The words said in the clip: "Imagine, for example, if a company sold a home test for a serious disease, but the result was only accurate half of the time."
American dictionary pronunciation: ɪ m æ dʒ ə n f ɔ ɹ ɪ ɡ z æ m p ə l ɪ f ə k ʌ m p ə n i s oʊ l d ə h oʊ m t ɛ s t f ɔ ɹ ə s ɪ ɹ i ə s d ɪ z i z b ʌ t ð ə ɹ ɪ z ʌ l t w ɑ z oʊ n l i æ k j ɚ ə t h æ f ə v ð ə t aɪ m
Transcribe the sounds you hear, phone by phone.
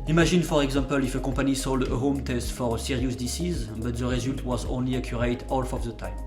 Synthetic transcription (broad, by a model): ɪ m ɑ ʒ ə n f ɔ ɹ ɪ ɡ z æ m p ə l ɪ f ə k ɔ p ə n i s oʊ l d ə h oʊ m t ɛ s t f ɔ ɹ ə s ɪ ɹ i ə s d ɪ s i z b ʌ t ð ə ɹ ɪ z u l t w ɑ z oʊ n l i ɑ k j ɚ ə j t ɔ f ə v ð ə t aɪ m